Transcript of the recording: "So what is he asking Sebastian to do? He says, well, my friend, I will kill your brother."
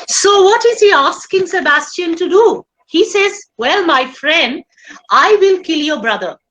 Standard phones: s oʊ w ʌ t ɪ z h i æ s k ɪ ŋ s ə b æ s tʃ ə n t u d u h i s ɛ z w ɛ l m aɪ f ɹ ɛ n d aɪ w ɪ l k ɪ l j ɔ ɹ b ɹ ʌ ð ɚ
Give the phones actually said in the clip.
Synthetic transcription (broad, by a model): s oʊ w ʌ t ɪ z h i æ s k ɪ ŋ s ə b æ s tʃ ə n t u d u h i s ɛ z w ɛ l m aɪ f ɹ ɛ n d aɪ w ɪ l k ɪ l j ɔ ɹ b ɹ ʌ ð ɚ